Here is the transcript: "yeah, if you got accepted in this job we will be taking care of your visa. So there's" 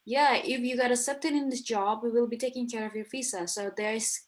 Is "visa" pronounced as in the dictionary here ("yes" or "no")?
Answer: no